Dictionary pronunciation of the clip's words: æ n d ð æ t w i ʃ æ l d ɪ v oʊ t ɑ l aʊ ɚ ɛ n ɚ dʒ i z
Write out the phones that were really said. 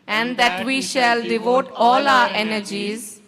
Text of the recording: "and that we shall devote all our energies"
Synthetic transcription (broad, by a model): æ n d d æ t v i ʃ æ l d ɪ v oʊ t ɑ l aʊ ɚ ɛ n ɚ dʒ i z